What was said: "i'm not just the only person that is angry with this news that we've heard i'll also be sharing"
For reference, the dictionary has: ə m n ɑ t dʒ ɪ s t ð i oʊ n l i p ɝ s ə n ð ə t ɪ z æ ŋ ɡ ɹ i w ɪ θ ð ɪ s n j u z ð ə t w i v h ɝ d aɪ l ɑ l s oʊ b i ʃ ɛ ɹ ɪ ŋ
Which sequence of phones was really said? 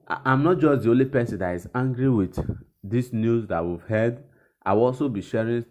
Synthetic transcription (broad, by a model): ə m n ɑ t dʒ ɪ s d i oʊ n l i p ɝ s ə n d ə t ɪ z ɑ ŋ ɡ ɹ i w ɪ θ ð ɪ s n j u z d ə t w i v h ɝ d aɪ w ɑ l s oʊ b i ʃ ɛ ɹ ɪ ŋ